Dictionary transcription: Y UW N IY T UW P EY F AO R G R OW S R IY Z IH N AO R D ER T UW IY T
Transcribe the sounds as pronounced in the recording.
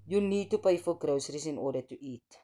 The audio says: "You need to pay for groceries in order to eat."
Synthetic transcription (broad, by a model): Y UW N IY T UW P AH F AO L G R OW S R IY S IH N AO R D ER T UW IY T